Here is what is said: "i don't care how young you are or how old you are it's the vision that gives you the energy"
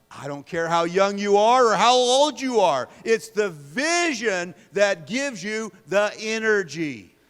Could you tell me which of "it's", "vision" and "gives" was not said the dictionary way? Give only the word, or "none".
none